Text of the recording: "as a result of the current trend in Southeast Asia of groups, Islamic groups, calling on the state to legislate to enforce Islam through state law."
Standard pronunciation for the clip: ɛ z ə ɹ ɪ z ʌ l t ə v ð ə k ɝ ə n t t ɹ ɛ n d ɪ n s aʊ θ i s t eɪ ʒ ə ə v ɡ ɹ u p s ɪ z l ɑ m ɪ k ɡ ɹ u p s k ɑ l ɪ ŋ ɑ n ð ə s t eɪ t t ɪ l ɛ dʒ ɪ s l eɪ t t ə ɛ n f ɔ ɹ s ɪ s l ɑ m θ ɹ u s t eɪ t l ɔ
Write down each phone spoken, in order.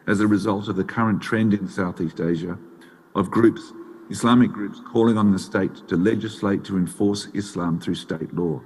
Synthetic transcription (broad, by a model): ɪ z ə ɹ ɪ z ʌ l t ə v ð ə k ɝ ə n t t ɹ ɛ n d ɪ n s aʊ θ i s t eɪ ʒ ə ə v ɡ ɹ u p s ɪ s l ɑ m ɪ k ɡ ɹ u p s k ɑ l ɪ ŋ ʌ n ð ə s t eɪ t t ɪ l ɛ dʒ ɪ s l eɪ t t ə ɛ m f ɔ ɹ s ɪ s l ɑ m θ ɹ u s t eɪ t l ɔ